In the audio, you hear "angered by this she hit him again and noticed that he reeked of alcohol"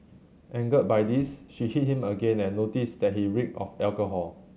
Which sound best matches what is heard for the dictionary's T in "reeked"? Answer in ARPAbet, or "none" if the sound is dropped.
none